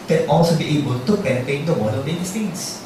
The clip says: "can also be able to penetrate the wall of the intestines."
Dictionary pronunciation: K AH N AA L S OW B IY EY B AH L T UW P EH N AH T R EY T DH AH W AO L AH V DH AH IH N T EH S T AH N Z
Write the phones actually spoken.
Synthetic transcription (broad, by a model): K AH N AA L S OW B IY EY B AH L T UW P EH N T EY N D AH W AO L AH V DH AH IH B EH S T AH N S